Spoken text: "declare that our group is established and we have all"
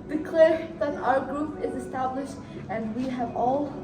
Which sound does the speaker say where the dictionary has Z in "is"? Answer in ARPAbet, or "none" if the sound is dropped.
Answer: Z